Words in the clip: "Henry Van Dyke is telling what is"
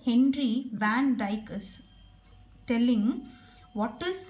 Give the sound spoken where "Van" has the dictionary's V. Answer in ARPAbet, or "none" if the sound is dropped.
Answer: V